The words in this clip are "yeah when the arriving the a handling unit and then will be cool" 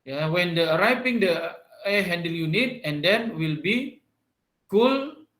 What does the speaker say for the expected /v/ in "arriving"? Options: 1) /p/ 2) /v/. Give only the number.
1